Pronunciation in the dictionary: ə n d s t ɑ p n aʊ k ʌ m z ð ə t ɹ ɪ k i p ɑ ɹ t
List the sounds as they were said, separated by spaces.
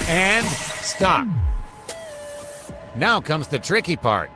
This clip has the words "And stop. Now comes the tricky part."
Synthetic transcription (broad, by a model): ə n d s t ɑ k n aʊ k ʌ m z ð ə t ɹ ɪ k i p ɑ ɹ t